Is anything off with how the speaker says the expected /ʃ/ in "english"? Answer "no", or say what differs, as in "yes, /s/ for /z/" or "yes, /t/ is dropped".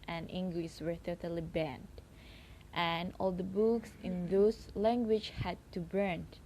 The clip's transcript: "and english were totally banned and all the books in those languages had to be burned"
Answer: yes, /s/ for /ʃ/